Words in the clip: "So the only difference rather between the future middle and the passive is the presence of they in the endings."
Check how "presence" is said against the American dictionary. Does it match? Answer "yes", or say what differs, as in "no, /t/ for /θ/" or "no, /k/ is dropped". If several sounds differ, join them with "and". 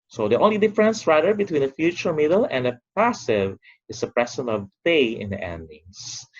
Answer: no, /s/ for /z/ and /s/ is dropped